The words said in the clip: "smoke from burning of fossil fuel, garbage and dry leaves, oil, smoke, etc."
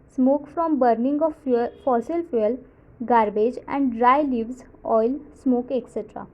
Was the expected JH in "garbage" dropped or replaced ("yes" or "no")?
no